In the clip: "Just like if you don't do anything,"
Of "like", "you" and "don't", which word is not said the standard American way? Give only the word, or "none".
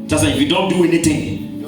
like